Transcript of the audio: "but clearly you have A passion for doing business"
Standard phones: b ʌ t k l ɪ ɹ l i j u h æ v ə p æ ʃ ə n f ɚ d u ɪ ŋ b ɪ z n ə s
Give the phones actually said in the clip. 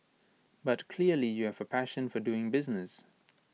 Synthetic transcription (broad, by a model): b ʌ t k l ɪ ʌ l i j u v ə p æ ʃ ə n f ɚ d u ɪ ŋ b ɪ z n ə s